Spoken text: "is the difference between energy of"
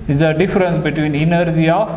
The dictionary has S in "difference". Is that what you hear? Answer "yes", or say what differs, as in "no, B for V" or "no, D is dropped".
yes